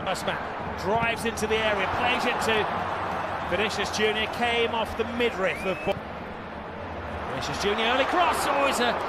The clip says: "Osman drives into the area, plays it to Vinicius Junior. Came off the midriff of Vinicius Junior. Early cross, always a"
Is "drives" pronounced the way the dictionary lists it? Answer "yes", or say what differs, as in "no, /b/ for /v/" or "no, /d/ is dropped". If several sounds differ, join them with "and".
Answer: yes